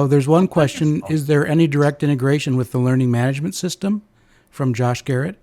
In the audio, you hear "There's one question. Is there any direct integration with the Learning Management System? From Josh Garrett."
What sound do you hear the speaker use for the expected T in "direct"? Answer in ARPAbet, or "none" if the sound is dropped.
T